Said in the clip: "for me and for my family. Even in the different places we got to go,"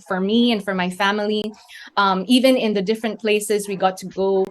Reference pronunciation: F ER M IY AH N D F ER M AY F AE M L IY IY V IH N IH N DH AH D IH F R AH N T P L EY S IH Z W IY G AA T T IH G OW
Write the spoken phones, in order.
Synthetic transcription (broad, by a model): F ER M IY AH N F ER M AY F AE M L IY IY V IH N IH N DH AH D IH F R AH N P L EY S IH Z W IY G AA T T IH G OW